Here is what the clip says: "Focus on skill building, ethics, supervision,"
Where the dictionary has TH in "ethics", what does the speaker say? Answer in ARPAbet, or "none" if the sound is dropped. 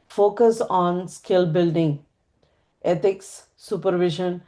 T